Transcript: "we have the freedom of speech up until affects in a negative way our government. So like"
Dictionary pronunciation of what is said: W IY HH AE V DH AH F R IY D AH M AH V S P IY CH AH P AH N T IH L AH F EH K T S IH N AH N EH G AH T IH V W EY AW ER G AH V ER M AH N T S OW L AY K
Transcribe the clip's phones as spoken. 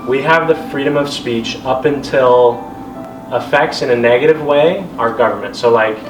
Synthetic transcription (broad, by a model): W IY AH V DH AH F R IY D AH M AH V S P IY CH AH P AH N T IH L AH F EH K T S IH N AH N EH G AH T IH V W EY AW ER G AH V ER M AH N T S OW L AY K